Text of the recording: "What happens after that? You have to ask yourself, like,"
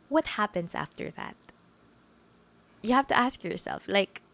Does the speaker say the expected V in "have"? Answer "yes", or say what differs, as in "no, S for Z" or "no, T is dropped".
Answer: no, F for V